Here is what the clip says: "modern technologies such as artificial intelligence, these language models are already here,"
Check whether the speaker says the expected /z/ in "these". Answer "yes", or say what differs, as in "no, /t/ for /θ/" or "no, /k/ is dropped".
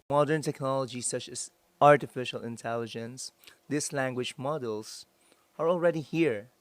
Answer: no, /s/ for /z/